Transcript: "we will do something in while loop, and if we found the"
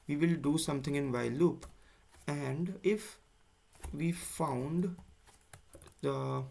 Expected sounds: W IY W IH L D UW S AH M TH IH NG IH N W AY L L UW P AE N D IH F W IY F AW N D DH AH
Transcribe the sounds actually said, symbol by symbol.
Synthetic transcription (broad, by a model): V IY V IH L D UW S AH M T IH NG IH N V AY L L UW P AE N D IH F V IY F AW N D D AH